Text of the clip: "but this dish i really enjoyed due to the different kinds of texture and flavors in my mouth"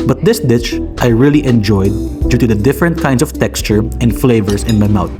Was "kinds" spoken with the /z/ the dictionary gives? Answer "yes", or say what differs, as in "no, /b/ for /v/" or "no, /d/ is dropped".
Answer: no, /s/ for /z/